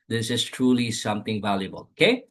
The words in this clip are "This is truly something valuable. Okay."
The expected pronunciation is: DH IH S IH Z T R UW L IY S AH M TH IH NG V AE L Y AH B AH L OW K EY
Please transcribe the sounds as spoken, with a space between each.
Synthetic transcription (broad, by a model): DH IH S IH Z T R UW L IY S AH M T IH NG V AE L Y AH B AH L OW K EY